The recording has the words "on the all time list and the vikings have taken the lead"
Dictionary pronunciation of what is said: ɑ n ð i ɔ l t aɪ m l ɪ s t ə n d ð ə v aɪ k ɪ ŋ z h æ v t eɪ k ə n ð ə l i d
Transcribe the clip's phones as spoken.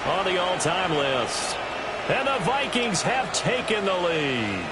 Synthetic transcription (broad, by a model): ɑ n ð i ɔ l t aɪ m l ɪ s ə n ð ə v aɪ k ɪ ŋ z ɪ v t eɪ k ə n ð ə l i